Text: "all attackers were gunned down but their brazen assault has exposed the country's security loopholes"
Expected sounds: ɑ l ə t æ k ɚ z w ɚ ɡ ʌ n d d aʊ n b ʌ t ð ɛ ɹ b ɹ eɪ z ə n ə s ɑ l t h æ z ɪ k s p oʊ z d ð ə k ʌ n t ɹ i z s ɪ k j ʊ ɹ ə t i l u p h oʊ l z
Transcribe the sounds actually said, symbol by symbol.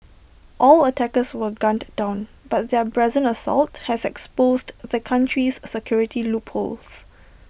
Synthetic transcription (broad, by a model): ɑ l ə t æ k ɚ s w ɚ ɡ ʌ n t d aʊ n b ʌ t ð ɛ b ɹ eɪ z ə n ə s ɑ l t h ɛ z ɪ k s p oʊ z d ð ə k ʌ n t ɹ i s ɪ k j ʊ ɹ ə t i l u p h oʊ l s